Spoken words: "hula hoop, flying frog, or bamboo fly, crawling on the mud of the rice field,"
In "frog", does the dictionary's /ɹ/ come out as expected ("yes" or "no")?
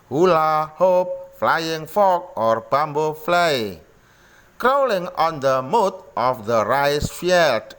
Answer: no